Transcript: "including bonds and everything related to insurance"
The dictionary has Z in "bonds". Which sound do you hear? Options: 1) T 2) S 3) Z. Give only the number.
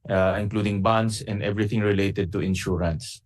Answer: 2